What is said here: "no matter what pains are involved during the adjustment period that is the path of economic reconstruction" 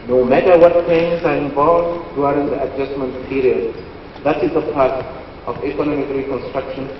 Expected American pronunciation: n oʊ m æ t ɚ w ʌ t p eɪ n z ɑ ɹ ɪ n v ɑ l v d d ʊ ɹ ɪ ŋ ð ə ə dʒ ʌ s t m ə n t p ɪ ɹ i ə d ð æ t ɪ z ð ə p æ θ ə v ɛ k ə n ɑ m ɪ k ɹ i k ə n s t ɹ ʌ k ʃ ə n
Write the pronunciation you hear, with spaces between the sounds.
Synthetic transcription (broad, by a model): n oʊ m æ t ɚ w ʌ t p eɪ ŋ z ɑ ɹ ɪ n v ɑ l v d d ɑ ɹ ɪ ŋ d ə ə dʒ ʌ s m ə n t p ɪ ɹ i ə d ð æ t ɪ z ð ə p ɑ t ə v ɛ k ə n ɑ m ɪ k ɹ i k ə n s t ɹ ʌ k ʃ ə n